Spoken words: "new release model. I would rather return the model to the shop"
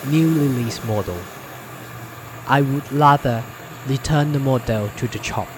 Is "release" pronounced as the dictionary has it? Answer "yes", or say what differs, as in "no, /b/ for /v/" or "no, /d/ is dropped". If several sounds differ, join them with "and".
no, /l/ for /ɹ/